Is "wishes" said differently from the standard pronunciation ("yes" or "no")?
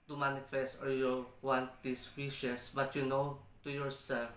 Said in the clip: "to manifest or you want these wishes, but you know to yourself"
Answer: yes